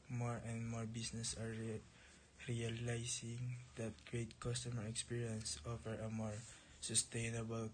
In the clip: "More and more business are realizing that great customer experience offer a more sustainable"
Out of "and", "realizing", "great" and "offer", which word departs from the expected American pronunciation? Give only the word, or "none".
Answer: realizing